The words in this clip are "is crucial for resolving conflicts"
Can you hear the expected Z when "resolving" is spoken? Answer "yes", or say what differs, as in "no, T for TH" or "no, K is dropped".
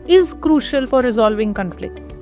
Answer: yes